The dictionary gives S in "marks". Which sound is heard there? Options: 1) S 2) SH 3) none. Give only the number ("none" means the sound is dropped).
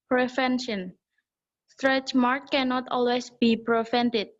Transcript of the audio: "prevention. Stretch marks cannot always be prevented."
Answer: 3